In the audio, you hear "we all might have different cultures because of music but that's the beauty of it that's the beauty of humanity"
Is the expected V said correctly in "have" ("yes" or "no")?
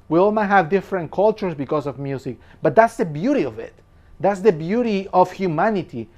yes